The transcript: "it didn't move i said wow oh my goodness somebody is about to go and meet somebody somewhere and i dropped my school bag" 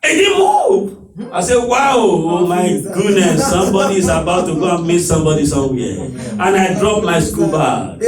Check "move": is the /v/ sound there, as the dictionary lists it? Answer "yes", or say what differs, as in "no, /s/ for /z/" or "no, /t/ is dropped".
no, /p/ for /v/